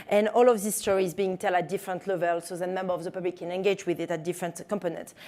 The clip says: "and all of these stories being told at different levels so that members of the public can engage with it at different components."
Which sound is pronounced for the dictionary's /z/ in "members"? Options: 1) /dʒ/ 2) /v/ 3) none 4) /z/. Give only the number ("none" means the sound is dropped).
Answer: 3